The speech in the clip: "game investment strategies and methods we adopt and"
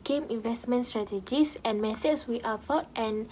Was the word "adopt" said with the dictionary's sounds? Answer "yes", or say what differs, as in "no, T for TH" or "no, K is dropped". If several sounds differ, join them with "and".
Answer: no, P is dropped